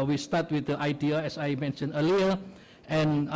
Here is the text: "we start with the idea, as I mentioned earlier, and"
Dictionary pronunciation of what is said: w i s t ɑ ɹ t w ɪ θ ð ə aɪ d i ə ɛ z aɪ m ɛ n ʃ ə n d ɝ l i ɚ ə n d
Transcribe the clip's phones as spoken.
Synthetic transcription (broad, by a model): w i s t ɑ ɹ t w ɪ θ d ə aɪ d i ə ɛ s aɪ m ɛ n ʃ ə n ɝ l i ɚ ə n